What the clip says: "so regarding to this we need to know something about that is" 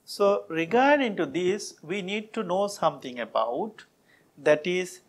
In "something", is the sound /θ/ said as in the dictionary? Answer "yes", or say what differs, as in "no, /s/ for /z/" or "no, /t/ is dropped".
no, /t/ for /θ/